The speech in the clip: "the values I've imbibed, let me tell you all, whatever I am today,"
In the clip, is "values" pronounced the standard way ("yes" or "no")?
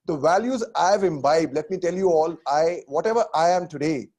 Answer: yes